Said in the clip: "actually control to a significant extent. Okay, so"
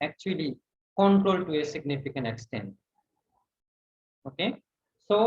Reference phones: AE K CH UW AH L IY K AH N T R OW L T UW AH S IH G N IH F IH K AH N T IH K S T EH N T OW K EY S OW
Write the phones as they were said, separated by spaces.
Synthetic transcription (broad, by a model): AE K CH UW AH L IY K AH N T R OW L T UW AH S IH G N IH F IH K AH N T IH K S T EH N T OW K EY S OW